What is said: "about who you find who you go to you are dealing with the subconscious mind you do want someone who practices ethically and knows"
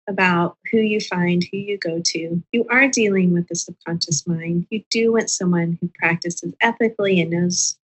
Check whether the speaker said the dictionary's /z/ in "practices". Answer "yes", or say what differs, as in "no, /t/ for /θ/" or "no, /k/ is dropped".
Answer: yes